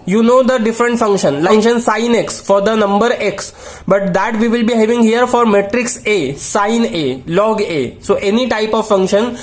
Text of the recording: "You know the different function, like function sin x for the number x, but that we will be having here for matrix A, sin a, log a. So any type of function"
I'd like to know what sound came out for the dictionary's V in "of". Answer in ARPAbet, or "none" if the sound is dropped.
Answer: V